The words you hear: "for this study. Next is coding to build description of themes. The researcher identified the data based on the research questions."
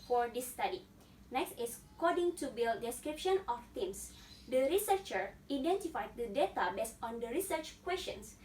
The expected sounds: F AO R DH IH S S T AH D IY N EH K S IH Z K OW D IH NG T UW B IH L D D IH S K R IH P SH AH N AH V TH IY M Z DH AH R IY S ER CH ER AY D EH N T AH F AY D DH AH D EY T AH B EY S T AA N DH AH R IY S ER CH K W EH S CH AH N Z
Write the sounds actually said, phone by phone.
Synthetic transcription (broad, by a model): F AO R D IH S S T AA D IY N EH K S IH S K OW D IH NG T UW B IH L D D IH S K R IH P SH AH N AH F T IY M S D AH R IY S ER CH ER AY D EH N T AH F AY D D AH D EY T AH B EY S T AA N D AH R IY S ER CH K W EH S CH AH N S